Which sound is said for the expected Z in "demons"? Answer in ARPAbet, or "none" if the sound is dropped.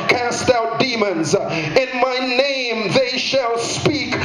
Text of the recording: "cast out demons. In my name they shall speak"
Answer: Z